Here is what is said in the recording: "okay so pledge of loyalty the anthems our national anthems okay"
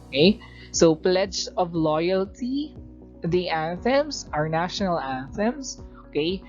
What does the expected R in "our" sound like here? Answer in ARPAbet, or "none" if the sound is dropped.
R